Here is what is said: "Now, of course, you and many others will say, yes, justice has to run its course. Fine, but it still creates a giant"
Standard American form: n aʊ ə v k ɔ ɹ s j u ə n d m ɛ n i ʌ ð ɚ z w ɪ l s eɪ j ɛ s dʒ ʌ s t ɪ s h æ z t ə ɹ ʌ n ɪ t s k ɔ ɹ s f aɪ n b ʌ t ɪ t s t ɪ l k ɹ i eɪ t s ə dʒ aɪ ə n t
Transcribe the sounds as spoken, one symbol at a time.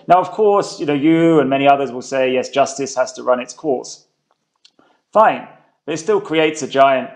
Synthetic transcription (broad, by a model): n aʊ ə v k ɔ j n j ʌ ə n m ɛ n i ʌ ð ɚ z w ɪ l s eɪ j ɛ s dʒ ʌ s t ɪ s h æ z t ə ɹ ʌ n ɪ t s k ɔ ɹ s f aɪ n b ʌ t ɪ t s t ɪ l k ɹ i eɪ t s ə dʒ aɪ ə n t